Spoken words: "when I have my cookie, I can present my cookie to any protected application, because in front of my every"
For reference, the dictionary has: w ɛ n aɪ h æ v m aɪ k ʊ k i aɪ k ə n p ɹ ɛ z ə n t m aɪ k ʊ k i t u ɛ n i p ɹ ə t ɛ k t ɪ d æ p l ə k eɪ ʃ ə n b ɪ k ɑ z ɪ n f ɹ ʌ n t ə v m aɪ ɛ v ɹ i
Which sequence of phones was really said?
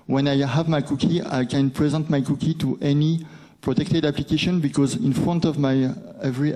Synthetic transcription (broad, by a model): w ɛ n aɪ h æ v m aɪ k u k i aɪ k ə n p ɹ ɛ z ə n t m aɪ k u k i t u ɛ n i p ɹ ə t ɛ k t ɪ d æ p l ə k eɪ ʃ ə n b ɪ k ɑ z ɪ n f ɹ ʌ n t ə v m aɪ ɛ v ɹ i